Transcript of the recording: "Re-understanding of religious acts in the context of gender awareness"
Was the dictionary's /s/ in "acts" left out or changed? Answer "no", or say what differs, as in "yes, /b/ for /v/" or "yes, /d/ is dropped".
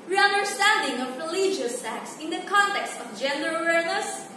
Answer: no